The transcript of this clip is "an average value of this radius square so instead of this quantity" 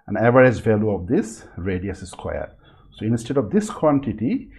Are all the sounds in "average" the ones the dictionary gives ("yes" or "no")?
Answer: no